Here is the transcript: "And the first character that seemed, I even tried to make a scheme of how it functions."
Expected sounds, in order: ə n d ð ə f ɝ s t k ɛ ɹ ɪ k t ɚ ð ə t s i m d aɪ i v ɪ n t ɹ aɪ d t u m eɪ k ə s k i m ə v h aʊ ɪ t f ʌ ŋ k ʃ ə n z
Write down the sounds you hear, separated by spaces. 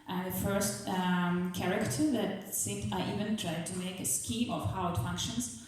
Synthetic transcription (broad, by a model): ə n ð ə f ɝ s t k ɛ ɹ ɪ k t ɚ ð ə t s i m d aɪ i v ɪ n t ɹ aɪ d t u m eɪ k ə s k i ə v h aʊ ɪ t f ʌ ŋ k ʃ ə n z